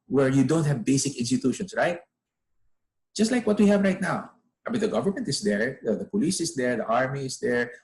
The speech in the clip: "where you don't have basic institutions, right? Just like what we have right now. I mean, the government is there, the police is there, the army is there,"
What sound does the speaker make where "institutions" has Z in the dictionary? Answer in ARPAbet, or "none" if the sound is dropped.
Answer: S